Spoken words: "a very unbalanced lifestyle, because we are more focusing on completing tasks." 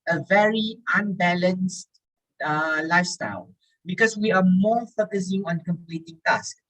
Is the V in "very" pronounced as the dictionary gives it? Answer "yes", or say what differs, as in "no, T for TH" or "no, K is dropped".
yes